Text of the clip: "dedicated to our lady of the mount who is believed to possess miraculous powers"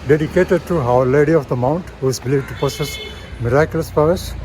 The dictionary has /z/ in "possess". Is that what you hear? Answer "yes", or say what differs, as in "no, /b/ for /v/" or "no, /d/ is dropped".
no, /s/ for /z/